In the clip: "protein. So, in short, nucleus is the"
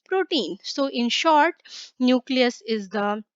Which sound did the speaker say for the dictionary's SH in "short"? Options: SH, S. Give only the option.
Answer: SH